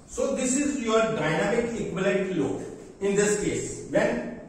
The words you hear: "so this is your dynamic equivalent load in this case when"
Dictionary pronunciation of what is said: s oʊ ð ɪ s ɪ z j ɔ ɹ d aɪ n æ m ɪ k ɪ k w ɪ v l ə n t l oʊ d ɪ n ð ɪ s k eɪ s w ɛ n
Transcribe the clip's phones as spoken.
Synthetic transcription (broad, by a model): s oʊ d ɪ s ɪ z j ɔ ɹ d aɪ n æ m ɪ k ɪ k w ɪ l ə t l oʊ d ɪ n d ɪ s k eɪ s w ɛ n